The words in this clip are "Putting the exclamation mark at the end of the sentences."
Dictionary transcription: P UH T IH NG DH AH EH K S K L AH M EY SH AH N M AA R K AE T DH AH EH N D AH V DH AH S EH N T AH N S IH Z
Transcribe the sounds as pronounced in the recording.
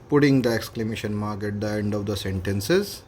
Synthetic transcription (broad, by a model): P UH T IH NG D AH EH K S K L AH M EY SH AH N M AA R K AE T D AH EH N D AH V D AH S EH N T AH N S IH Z